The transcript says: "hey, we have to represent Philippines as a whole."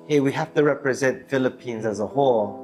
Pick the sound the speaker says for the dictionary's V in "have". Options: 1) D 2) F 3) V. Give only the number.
2